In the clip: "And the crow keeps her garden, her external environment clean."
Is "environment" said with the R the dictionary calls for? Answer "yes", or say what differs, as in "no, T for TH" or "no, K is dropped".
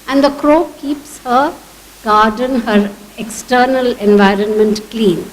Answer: yes